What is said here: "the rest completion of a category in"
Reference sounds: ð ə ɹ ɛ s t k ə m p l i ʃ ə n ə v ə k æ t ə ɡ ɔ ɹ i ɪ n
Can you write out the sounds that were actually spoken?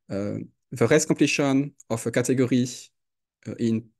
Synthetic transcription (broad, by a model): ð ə ɹ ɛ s k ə p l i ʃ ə n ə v ə k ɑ t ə ɡ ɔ ɹ i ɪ n